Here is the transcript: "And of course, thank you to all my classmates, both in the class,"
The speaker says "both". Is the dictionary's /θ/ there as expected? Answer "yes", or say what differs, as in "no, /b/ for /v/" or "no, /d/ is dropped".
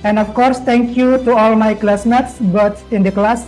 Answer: no, /s/ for /θ/